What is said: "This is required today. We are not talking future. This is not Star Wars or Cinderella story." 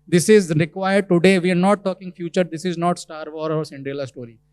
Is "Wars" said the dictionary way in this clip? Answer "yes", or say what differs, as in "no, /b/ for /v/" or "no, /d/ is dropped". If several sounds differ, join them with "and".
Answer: no, /z/ is dropped